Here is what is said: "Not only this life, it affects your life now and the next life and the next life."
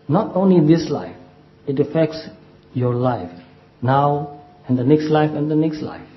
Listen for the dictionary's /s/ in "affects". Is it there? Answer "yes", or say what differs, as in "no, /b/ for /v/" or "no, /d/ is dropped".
yes